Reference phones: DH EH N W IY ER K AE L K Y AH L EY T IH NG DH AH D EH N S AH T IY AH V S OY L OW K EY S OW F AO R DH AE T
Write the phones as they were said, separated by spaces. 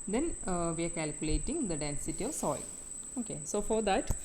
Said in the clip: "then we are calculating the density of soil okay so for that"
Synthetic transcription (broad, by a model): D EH N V IY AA K AE L K Y AH L EY T IH NG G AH D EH N S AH T IY AH V S OY L OW K EY S OW F AO R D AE T